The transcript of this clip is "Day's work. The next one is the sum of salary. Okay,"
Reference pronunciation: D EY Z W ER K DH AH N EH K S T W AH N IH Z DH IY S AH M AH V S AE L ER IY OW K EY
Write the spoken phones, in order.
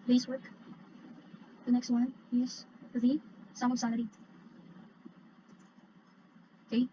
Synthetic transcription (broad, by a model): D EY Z W ER K DH AH N EH K S T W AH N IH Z DH IY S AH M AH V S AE N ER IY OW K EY